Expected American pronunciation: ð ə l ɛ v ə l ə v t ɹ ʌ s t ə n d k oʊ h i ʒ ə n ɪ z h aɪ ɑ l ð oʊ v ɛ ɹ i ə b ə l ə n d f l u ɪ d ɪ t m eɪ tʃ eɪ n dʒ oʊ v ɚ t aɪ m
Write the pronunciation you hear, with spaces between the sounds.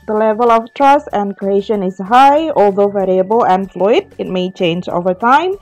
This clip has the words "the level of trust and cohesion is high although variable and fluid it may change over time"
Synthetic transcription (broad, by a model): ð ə l ɛ v ə l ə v t ɹ ʌ s t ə n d k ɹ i ʃ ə n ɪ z h aɪ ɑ l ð oʊ v ɛ ɹ i ə b ə l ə n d f l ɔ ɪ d ɪ t m eɪ tʃ eɪ n dʒ oʊ v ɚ t aɪ m